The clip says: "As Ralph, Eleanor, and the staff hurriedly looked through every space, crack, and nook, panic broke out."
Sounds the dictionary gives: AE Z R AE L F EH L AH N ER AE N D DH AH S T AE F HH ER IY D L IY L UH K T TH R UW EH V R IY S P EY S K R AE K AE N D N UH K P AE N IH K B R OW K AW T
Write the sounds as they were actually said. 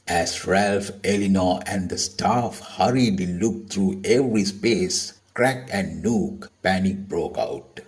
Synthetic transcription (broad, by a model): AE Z R AE L F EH L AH N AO AE N D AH S T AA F HH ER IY D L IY L UH K T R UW EH V R IY S P EY S K R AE K AE N D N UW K P AE N IH K B R OW K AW T